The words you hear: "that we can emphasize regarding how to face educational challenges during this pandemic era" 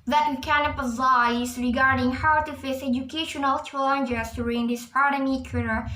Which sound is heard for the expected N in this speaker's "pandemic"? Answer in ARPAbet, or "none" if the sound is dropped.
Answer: none